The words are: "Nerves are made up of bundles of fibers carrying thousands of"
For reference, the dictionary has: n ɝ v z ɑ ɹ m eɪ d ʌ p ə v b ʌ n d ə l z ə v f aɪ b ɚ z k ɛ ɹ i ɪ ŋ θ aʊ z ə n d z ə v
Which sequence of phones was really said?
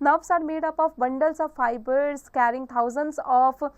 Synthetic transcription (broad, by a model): n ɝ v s ɑ ɹ m eɪ d ʌ p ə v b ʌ n d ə l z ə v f aɪ b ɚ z k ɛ ɹ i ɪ ŋ t aʊ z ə n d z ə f